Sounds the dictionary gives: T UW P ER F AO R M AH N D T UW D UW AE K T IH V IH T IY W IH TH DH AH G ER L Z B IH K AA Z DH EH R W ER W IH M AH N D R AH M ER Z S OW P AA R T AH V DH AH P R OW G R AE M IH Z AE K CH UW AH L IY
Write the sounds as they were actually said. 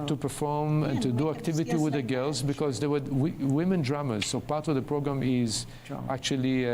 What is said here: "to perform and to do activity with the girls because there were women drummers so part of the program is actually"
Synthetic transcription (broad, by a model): T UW P ER F AO R M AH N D T UW D UW AE K T IH V IH T IY W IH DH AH G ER L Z B IH K AA Z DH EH W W W IH M AH N D R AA M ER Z S OW P AA R T AH V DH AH P R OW G R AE M IH Z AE K CH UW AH L IY